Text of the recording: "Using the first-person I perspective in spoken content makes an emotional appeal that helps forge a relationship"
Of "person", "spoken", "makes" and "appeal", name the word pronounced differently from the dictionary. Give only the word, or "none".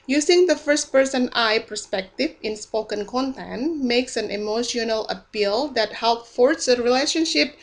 none